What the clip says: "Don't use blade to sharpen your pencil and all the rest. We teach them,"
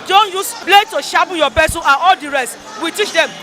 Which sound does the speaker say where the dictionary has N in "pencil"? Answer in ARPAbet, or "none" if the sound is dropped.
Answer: none